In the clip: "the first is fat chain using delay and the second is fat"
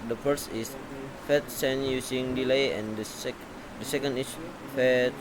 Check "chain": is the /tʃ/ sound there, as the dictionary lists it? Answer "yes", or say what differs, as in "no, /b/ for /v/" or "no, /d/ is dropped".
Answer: no, /s/ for /tʃ/